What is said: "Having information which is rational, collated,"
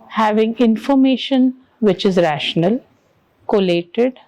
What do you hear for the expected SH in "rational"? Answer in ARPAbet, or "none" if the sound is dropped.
SH